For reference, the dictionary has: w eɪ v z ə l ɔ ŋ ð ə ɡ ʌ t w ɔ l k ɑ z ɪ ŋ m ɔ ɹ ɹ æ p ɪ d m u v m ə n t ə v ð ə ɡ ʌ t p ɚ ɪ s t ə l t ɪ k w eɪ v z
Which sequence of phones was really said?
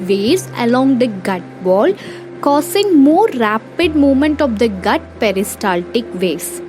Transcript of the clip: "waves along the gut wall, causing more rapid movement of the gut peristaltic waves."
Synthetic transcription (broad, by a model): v eɪ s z ə l ɔ ŋ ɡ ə ɡ ʌ t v ɔ l k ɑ s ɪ ŋ m ɔ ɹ ɹ æ p ɪ d m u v m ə n t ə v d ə ɡ ʌ t p ɚ ɪ s t ə l t ɪ k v eɪ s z